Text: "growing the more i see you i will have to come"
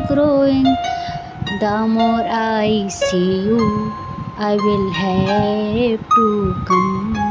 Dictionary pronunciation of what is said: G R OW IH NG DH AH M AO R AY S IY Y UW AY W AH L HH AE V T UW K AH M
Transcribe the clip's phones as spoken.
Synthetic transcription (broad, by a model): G R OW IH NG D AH M AO R AY S IY Y UW AY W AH L HH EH B T UW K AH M